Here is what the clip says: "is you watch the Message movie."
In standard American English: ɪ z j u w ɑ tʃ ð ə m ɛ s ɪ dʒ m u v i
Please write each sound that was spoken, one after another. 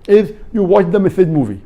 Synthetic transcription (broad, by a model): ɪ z j u w ɑ tʃ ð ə m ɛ θ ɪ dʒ m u v i